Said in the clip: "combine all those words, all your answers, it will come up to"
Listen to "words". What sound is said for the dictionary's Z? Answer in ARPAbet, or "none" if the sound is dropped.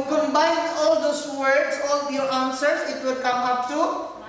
S